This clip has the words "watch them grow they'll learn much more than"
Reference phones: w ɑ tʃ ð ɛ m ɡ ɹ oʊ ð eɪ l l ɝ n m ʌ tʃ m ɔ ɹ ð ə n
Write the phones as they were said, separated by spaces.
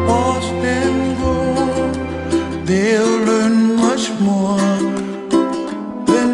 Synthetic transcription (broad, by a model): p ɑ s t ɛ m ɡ oʊ ð eɪ l l ɝ n m ʌ tʃ m ɔ ɹ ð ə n